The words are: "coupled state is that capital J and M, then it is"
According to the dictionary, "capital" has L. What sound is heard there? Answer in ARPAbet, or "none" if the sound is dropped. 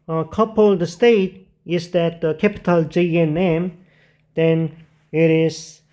L